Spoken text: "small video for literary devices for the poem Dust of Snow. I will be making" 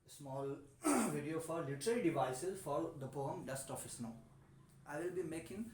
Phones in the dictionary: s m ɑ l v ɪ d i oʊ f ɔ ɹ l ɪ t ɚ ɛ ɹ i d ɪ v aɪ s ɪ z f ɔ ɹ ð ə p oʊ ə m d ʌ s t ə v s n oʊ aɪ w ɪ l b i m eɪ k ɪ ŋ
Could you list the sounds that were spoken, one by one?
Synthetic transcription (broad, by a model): s m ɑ l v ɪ d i oʊ f ɔ ɹ l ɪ t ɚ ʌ ɹ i d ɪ v aɪ s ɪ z f ɔ ɹ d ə p oʊ ə m d ʌ s t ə f s n oʊ aɪ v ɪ l b i m eɪ k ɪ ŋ